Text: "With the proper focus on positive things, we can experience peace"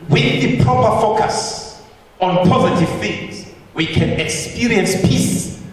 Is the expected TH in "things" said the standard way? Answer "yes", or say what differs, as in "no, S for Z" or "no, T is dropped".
no, F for TH